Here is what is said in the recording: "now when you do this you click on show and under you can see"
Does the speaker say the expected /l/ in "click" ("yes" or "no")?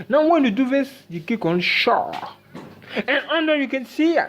no